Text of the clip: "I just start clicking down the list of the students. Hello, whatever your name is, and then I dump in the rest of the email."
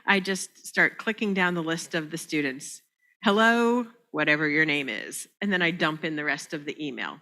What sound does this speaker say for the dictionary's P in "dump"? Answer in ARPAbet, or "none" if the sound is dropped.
P